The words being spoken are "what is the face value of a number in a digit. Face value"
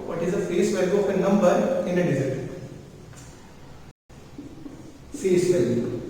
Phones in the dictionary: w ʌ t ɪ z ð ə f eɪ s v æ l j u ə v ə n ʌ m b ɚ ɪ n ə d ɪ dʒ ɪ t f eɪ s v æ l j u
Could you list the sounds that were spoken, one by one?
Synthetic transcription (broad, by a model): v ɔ t ɪ z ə f eɪ s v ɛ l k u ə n n ʌ m b ɚ ɪ n ə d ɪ z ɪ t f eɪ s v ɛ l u